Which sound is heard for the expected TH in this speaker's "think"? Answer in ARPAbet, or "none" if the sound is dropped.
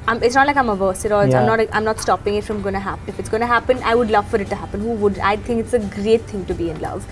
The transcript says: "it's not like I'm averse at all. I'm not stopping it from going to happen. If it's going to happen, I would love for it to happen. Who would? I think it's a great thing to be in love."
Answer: T